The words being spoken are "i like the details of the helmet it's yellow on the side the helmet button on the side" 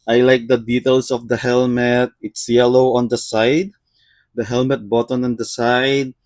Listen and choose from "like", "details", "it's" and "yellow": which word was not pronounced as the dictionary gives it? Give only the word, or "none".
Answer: details